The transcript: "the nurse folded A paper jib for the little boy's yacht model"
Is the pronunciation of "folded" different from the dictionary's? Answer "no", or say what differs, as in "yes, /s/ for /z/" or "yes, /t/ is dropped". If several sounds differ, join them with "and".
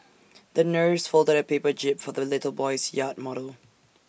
no